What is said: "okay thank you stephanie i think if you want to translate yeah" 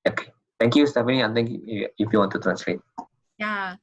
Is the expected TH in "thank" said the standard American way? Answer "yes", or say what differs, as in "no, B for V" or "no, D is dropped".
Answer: no, T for TH